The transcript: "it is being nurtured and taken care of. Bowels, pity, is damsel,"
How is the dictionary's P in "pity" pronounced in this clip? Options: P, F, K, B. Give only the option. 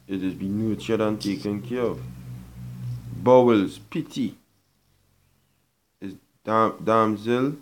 P